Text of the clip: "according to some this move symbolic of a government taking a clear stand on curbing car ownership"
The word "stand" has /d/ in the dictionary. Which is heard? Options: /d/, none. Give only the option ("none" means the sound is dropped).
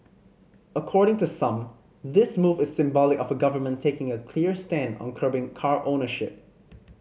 /d/